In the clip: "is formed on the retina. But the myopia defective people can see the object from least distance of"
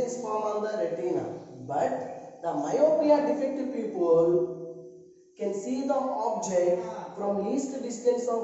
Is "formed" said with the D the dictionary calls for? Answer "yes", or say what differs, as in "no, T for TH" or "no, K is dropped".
no, D is dropped